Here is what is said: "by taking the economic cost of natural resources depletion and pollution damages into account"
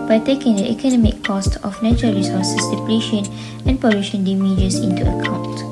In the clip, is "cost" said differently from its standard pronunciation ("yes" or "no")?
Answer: no